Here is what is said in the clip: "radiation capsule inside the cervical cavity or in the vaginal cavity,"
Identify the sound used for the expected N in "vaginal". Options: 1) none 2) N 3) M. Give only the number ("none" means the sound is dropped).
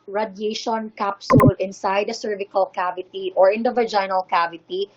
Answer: 2